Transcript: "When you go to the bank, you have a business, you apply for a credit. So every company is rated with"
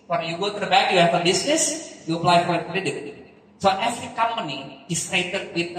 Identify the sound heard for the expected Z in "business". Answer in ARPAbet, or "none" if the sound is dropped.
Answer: S